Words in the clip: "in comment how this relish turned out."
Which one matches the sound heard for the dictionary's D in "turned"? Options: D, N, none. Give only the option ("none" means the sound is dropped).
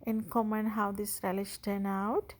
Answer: none